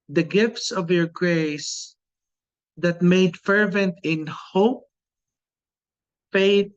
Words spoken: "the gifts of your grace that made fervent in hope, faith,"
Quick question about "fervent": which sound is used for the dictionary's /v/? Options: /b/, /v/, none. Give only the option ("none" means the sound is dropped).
/v/